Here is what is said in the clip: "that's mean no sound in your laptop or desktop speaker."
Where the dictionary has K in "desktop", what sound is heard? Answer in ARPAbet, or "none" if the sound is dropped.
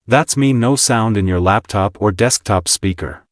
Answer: K